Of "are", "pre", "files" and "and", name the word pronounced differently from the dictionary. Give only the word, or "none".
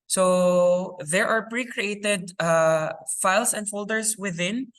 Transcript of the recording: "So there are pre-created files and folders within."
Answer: files